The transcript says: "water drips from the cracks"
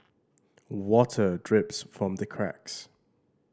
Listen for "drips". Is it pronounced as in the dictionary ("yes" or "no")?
yes